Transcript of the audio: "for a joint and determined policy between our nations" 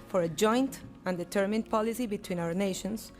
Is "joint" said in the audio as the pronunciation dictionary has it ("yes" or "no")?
yes